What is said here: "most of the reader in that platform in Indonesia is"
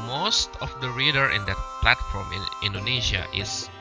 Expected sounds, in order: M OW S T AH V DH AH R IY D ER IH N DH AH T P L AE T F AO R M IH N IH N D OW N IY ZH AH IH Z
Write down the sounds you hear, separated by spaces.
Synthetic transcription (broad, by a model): M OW S T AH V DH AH R IY D ER IH N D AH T P L AE T F AO R M IH N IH N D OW N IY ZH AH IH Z